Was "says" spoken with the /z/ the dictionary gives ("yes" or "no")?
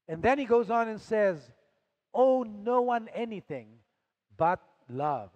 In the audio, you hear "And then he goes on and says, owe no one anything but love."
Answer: yes